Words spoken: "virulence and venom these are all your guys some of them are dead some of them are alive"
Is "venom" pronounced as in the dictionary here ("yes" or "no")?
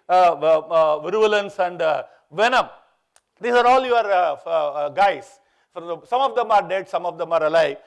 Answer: yes